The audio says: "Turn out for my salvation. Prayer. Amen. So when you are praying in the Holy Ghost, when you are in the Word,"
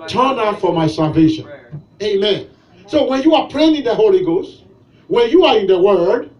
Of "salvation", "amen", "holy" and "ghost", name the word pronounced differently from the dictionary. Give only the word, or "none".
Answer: none